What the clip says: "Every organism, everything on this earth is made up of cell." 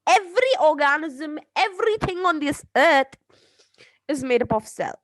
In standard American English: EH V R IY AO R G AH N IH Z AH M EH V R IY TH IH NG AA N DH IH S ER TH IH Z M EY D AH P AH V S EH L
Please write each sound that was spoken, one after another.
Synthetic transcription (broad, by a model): EH V R IY AO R G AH N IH Z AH M EH V R IY TH IH NG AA N DH IH S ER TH IH Z M EY D AH P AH F S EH L